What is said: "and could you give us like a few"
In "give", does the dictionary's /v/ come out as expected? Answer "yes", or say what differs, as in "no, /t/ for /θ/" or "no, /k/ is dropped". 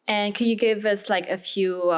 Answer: yes